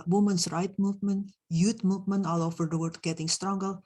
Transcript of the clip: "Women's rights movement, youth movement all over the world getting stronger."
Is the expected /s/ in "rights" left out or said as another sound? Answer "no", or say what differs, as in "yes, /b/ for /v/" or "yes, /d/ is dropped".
yes, /s/ is dropped